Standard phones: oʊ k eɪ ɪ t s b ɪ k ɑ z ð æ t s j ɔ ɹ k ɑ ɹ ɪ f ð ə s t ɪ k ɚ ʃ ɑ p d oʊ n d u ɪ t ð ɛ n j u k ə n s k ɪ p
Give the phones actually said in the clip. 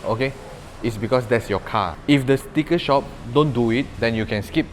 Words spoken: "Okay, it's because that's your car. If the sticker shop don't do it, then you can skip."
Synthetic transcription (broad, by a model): oʊ k eɪ ɪ t s b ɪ k ɑ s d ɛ t s j ɔ k ɑ ɪ f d ə s t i k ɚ ʃ ɑ p d oʊ n d u ɪ t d ɛ n j u k ə n s k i p